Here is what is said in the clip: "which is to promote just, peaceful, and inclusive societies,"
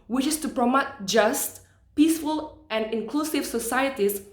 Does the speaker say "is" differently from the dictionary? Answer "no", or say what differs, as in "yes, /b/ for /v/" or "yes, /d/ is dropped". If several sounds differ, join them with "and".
yes, /s/ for /z/